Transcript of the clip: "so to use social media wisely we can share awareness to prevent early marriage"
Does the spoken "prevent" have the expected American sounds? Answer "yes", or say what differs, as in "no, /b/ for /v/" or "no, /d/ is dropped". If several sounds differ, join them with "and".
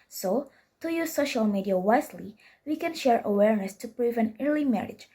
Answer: no, /t/ is dropped